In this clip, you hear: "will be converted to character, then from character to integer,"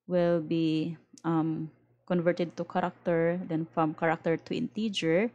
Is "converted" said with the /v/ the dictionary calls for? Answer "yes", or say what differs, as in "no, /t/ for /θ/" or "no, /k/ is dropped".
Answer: yes